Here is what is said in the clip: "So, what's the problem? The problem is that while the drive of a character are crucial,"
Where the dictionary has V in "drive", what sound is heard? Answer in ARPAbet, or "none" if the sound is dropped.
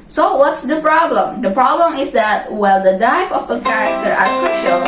P